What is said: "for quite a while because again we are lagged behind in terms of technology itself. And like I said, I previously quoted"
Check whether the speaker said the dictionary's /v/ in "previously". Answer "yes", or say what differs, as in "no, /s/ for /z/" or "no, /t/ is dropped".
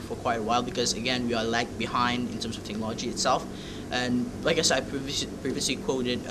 yes